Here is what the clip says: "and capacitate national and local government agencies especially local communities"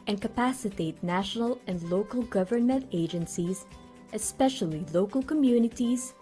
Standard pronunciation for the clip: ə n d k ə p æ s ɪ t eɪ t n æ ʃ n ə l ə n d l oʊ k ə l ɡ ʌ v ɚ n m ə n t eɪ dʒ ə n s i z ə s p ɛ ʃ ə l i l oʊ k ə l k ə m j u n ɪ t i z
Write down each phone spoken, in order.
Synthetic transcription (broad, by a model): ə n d k ə p æ s ɪ t eɪ t n æ ʃ n ə l ə n d l oʊ k ə l ɡ ʌ v ɚ n m ə n t eɪ dʒ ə n s i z ə s p ɛ ʃ ə l i l oʊ k ə l k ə m j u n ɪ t i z